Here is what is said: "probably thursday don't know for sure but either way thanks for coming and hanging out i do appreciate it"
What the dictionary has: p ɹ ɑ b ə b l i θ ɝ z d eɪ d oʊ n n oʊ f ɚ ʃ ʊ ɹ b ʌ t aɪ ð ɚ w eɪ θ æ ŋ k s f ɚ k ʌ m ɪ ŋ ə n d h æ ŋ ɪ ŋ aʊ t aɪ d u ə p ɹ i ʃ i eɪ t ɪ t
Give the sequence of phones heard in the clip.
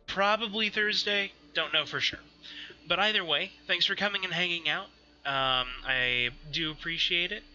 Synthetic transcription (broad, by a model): p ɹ ɑ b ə b l i θ ɝ z d eɪ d oʊ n n oʊ f ɚ ʃ ʊ ɹ b ʌ t aɪ ð ɚ w eɪ θ æ ŋ k s f ɚ k ʌ m ɪ ŋ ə n h æ ŋ ɪ ŋ aʊ t aɪ d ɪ ə p ɹ i ʃ i eɪ t ɪ t